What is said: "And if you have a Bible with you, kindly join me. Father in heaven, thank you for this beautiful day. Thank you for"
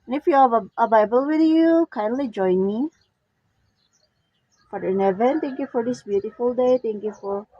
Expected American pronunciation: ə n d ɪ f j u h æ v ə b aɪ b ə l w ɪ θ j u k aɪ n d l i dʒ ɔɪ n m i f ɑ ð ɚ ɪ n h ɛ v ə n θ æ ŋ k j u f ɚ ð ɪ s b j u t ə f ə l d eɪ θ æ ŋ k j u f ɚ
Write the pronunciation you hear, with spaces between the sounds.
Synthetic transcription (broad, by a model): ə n ɪ f j u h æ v ə b aɪ b ə l w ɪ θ j u k aɪ n d l i dʒ ɔɪ n m i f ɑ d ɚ ɪ n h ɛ v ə n t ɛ ŋ k j u f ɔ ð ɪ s b j u t ə f ə l d eɪ t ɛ ŋ k j u f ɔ